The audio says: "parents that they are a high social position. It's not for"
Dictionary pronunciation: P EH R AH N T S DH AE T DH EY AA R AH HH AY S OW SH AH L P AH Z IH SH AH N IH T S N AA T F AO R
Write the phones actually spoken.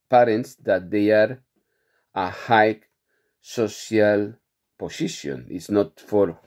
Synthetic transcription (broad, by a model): P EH R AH N T S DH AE T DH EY AA R AH HH AY S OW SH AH L P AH S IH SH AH N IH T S N AA T F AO R